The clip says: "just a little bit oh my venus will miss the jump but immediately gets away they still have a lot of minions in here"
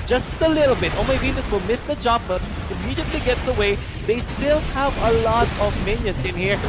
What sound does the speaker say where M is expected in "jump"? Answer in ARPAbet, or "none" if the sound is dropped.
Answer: none